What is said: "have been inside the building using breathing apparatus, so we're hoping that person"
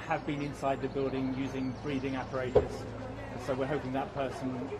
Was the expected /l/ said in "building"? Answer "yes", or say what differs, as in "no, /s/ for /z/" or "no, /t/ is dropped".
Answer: yes